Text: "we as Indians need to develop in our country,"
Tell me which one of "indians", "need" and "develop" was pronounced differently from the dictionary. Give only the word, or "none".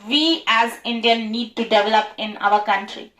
indians